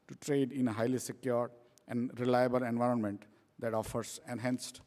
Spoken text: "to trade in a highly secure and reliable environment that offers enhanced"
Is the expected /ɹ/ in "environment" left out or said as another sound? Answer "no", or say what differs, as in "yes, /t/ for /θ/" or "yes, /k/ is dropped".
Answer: no